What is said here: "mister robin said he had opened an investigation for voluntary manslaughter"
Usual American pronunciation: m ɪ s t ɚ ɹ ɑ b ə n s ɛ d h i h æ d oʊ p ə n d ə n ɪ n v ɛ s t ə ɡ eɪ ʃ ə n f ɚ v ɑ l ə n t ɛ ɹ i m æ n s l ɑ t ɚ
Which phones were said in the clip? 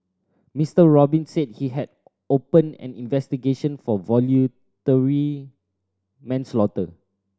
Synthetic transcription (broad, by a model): m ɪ s t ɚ ɹ ɑ b ə n s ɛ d h i h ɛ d oʊ p ə n ə n ɪ n v ɛ s t ə ɡ eɪ ʃ ə n f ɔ v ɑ l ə t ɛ ɹ i m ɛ n s l ɑ t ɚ